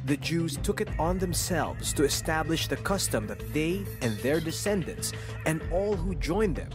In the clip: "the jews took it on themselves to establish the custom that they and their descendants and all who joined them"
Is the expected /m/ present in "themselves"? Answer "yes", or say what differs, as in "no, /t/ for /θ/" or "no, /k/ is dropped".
yes